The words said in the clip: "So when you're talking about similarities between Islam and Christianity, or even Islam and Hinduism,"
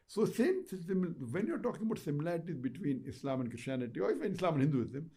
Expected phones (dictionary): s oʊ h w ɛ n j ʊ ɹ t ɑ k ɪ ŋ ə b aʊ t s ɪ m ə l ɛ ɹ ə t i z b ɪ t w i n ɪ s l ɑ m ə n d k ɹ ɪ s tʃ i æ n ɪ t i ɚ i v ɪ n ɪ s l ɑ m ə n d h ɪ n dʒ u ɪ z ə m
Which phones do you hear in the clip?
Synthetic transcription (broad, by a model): s oʊ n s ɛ n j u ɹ t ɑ k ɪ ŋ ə b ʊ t s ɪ m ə l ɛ ɹ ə t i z b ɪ t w i n ɪ s l ɑ m ə n d k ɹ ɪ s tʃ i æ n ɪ t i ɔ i f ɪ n ɪ s l ɑ m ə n h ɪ n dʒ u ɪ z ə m